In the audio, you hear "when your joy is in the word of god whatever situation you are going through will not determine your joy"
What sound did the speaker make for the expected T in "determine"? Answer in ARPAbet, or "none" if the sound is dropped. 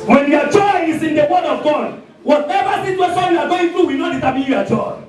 S